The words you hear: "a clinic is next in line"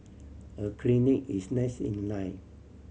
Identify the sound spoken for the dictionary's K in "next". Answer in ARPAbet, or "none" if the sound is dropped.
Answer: none